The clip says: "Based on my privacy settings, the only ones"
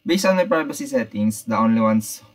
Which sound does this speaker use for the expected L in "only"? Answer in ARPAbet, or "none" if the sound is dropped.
L